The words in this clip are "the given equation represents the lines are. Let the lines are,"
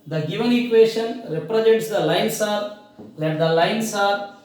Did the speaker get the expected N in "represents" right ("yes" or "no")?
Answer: no